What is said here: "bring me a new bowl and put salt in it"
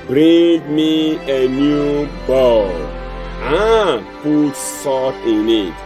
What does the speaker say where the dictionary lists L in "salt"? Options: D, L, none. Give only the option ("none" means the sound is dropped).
none